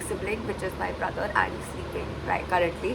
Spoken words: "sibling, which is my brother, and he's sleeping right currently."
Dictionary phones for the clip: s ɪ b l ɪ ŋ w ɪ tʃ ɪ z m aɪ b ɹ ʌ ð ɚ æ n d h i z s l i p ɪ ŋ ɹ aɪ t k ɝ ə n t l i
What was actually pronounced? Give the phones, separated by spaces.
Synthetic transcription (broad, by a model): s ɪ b l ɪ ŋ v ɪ tʃ ɪ z m aɪ b ɹ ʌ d ɚ æ n d s i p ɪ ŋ ɹ aɪ t k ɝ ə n t l i